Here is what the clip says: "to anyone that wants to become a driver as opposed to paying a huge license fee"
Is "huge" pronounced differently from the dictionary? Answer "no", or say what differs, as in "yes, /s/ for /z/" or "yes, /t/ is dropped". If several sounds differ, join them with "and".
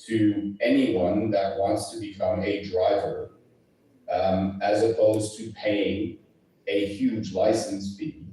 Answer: no